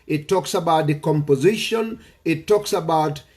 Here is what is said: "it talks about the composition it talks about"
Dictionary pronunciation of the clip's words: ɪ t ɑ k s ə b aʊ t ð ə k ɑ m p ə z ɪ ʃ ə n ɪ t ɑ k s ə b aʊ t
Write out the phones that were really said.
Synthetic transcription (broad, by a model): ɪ t ɑ k s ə b aʊ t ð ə k ɑ m p ə z ɪ ʃ ə n ɪ t ɑ k s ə b aʊ t